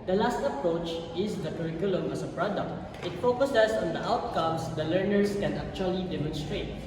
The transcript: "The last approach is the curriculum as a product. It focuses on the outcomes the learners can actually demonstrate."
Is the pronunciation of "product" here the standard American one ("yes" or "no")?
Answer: yes